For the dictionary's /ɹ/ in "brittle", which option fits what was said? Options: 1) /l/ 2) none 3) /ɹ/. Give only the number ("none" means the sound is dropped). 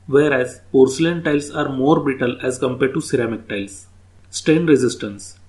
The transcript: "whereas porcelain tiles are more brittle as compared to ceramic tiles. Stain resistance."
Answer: 2